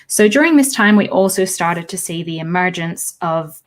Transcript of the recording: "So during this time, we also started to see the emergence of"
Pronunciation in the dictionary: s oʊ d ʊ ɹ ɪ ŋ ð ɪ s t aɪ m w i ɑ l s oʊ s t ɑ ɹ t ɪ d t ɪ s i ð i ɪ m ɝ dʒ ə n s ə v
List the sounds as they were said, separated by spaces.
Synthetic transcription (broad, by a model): s oʊ d ʊ ɹ ɪ ŋ ð ɪ s t aɪ m w i ɑ l s oʊ s t ɑ ɹ t ɪ d t ɪ s i ð i ɪ m ɝ dʒ ə n s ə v